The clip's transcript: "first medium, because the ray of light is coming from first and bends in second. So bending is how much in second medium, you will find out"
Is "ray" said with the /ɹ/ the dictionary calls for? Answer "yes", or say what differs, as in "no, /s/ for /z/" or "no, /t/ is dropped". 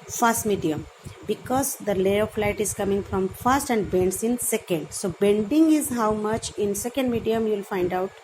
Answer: no, /l/ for /ɹ/